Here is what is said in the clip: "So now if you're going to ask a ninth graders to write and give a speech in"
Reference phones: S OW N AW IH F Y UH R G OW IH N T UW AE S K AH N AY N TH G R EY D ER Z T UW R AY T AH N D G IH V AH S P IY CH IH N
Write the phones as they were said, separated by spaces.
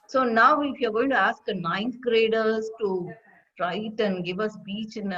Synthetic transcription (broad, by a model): S OW N AW IH F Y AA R G OW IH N T UW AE S K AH N AY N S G R EY D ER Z T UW R AY T AH N D G IH V AH S B IY CH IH N